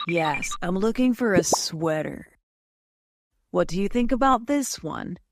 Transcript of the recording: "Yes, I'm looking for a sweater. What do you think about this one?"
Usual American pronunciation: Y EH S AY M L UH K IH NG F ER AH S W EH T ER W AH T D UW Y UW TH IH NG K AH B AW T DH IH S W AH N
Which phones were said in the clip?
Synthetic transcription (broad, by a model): Y EH S AY M L UH K IH NG F ER AH S W EH T ER W AH T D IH Y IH TH IH NG K AH B AW T DH IH S W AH N